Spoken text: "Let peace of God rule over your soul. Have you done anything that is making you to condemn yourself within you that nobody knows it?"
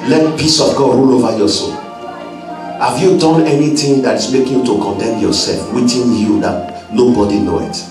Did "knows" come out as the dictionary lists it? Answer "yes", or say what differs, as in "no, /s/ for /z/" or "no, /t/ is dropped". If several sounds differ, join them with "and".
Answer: no, /z/ is dropped